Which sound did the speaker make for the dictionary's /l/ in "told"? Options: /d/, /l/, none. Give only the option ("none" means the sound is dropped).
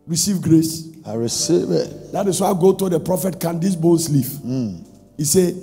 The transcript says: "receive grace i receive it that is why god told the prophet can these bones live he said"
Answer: none